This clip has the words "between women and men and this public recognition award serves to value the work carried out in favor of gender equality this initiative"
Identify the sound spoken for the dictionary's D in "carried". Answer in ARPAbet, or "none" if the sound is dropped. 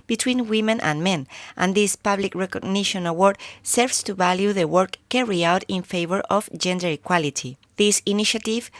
none